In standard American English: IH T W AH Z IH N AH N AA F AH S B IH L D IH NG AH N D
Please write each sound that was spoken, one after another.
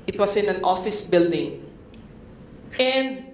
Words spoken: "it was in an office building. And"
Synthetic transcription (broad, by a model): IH T W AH S IH N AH N AA F AH S B IH L D IH NG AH N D